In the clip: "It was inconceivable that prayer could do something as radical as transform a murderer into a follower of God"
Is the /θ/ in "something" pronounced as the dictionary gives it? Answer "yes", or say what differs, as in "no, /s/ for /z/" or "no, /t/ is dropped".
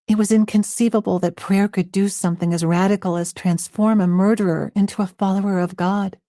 yes